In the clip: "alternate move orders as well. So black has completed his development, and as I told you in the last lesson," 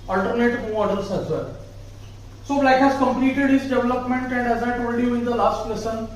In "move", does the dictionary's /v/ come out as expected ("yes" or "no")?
no